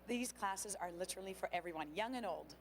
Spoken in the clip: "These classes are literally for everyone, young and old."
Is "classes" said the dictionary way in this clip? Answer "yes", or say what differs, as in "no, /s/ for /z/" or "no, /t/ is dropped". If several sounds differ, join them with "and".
yes